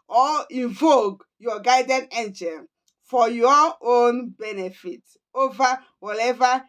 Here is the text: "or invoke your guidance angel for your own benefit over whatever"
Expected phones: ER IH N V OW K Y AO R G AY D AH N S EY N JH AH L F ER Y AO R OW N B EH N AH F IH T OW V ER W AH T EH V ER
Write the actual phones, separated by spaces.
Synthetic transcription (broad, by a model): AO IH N V OW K Y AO G AY D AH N EY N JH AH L F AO Y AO OW N B EH N AH F IH T OW V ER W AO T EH V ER